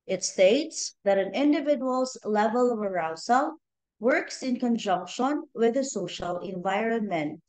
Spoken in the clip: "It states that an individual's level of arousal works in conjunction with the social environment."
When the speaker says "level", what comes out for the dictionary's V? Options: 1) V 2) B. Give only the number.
1